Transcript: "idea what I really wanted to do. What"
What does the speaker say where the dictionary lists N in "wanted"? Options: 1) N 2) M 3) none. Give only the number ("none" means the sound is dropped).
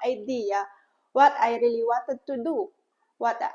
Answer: 3